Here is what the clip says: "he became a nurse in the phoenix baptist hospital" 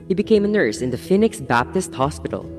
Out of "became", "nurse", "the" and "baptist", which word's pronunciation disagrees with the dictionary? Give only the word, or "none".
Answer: none